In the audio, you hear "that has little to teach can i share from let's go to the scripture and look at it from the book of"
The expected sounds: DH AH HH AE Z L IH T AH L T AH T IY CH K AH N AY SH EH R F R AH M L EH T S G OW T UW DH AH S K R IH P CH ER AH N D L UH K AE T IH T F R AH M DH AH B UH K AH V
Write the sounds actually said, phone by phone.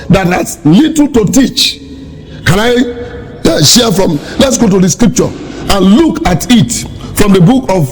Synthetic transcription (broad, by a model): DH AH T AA S L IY T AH L T AH T IY CH K AH N AY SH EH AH F R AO M L EH T S G OW T UW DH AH S K R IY P CH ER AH N L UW K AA T IH T F R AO M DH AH B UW K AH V